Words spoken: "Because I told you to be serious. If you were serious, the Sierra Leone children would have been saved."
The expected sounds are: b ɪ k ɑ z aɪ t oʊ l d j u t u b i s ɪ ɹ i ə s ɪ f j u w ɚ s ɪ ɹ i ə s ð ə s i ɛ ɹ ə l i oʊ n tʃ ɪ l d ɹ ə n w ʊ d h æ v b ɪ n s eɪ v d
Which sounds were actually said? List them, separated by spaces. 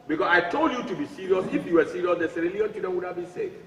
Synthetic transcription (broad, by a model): b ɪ k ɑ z aɪ t oʊ l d j u t u b i s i ɹ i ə s ɪ f j u w ɚ s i ɹ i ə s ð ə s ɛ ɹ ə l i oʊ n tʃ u d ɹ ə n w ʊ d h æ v b ɪ n s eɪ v